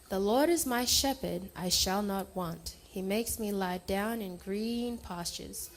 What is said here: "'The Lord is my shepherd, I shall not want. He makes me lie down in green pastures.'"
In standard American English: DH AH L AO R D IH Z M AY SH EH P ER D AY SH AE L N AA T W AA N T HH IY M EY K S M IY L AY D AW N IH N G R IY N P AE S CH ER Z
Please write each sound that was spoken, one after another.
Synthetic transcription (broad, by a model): DH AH L AO R D IH Z M AY SH EH P ER D AY SH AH L N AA T W AA N T HH IY M EY K S M IY L AY D AW N IH N G R IY N P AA S CH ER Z